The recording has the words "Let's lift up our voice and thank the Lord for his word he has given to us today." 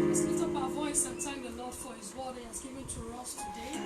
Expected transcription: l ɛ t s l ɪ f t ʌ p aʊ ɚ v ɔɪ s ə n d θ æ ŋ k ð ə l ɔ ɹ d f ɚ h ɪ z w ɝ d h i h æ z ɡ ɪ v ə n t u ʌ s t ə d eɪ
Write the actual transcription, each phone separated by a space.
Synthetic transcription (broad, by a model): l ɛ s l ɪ t ʌ p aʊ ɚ v ɔɪ s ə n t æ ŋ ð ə l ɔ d f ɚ h ɪ z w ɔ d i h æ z ɡ ɪ v ə n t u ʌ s t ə d eɪ